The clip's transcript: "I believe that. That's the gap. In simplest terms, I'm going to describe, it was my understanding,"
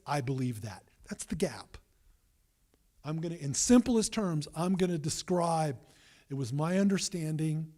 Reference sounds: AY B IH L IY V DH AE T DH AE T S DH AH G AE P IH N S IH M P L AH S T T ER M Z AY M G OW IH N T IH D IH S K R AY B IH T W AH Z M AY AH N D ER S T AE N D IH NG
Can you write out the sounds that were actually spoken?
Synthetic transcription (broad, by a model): AY B IH L IY V DH AE T DH AE T S DH AH G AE P IH N S IH M P L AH S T T ER M Z AY M G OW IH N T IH D IH S K R AY B IH T W AH Z M AY AH N D ER S T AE N D IH NG